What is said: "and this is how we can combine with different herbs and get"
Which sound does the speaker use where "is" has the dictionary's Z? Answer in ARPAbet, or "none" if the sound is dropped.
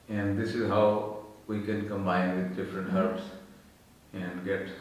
Z